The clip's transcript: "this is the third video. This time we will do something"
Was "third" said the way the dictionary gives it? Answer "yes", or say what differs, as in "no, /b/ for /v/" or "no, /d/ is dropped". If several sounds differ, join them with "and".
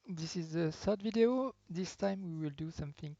no, /s/ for /θ/